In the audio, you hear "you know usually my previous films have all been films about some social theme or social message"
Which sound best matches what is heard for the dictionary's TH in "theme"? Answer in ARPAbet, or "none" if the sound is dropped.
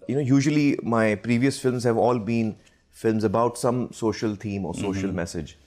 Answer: T